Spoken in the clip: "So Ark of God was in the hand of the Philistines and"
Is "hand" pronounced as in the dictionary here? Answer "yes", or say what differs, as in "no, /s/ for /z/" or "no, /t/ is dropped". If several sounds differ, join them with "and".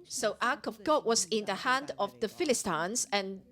yes